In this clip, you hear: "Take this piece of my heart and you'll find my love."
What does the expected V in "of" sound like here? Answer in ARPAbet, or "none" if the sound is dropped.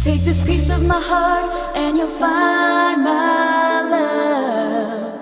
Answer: V